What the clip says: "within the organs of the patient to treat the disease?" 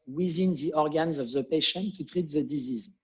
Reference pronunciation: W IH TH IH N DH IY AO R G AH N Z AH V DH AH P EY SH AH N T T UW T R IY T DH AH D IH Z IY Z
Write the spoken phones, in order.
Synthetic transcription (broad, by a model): W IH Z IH N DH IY AO R G AH N Z AH V DH AH P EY SH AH N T T UW T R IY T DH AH D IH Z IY Z